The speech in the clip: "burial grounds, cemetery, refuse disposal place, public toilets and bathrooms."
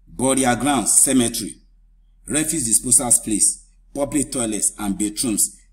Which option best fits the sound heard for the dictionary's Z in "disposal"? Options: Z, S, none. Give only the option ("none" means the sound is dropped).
S